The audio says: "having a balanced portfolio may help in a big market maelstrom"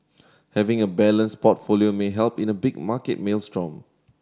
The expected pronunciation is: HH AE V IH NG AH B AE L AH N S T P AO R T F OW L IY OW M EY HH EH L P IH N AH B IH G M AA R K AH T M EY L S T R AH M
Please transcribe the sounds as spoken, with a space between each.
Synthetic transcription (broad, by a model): HH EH V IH NG AH B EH L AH N S P AO T F OW L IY OW M EY HH EH L P IH N AH B IH G M AA K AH T M EY L S T R AH M